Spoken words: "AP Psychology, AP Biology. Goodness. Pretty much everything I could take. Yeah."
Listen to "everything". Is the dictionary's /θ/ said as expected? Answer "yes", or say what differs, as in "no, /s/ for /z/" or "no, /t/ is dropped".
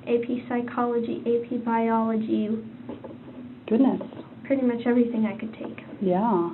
yes